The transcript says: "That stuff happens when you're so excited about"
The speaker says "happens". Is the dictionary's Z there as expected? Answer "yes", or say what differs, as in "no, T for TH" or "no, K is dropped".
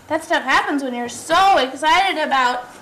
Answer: yes